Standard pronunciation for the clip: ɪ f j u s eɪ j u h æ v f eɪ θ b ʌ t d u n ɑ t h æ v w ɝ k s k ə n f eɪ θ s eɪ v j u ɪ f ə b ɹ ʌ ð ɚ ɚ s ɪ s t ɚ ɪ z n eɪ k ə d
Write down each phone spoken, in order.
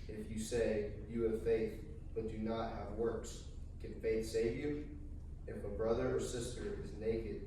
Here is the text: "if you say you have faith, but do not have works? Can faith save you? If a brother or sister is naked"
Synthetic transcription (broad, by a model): ɪ f j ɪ s eɪ j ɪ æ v f eɪ θ b ʌ t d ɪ n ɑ t h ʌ v w ɝ k s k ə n f eɪ θ s eɪ v j u ɪ f ə b ɹ ʌ ð ɚ ɚ s ɪ s t ɚ ɪ z n eɪ k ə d